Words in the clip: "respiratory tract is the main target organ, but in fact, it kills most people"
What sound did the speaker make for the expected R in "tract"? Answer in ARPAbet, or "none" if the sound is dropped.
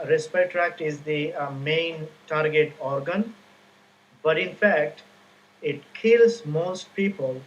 R